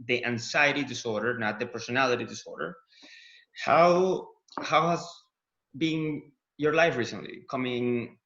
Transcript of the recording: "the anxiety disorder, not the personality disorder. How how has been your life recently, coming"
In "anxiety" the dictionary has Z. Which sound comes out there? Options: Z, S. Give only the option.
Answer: S